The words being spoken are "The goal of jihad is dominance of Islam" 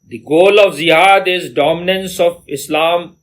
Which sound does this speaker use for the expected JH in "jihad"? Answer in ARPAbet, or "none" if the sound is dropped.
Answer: Z